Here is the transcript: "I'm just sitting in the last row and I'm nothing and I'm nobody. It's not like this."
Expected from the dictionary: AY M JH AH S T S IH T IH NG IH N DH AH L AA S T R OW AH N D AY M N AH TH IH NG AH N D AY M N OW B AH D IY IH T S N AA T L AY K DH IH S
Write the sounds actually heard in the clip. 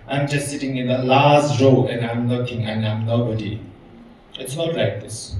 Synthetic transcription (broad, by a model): AY M JH AH S T S IH T IH NG IH N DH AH L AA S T R OW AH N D AY M L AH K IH NG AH N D AY M N OW B AH D IY IH T S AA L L AY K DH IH S